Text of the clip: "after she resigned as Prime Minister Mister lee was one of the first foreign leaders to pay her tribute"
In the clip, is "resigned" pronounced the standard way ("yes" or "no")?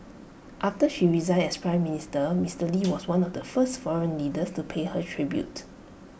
no